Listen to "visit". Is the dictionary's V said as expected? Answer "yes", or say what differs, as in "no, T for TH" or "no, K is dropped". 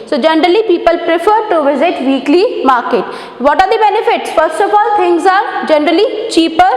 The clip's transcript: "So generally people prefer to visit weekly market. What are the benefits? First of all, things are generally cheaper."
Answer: yes